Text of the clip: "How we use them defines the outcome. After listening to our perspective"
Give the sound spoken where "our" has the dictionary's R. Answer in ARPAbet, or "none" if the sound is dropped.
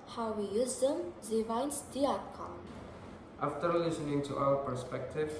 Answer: L